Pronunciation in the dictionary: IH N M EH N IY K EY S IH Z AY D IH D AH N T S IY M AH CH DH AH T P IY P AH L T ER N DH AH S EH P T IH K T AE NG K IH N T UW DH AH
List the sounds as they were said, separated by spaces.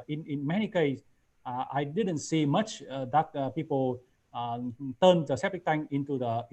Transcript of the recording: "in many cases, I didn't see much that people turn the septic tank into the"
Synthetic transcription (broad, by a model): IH N M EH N IY K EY IH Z AY D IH D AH N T S IY M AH CH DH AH T P IY P AH L T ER N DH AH S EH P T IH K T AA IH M IH N T UW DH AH